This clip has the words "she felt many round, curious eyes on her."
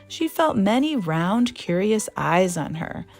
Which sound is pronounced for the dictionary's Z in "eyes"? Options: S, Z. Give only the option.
Z